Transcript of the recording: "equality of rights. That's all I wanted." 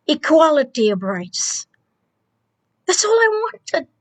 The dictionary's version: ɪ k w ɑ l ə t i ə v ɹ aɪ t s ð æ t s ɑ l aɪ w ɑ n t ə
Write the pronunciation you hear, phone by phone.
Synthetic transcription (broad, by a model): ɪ k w ɑ l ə t i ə b ɹ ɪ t s ð æ t s ɑ l aɪ w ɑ n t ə